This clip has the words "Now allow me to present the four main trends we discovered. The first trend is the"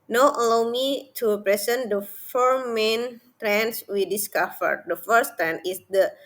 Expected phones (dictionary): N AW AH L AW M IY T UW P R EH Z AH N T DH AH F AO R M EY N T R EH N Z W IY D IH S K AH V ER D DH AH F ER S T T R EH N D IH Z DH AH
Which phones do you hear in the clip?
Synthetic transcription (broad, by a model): N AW AH L AW M IY T UW P R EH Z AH N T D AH F AO R M EY N T R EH N S W IY D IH S K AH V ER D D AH F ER S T T R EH N IH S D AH